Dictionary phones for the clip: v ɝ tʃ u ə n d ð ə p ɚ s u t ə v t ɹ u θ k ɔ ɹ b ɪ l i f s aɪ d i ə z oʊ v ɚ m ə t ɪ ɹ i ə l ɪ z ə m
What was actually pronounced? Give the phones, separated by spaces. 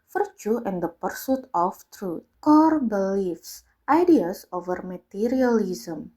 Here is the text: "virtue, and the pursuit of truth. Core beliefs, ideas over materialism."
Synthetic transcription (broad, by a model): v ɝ tʃ u ə n d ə p ɚ s u t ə f t ɹ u t k ɔ ɹ b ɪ l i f s aɪ d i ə s oʊ v ɚ m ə t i ɹ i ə l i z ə m